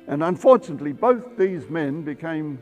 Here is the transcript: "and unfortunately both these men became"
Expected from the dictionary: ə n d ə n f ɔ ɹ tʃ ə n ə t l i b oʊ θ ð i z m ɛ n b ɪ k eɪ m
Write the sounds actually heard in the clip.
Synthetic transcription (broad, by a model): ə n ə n f ɔ ɹ tʃ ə n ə t l i b oʊ θ ð i z m ɛ n b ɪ k eɪ m